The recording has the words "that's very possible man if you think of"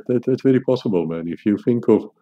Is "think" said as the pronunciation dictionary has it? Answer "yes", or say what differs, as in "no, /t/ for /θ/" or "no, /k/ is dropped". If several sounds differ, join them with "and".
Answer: yes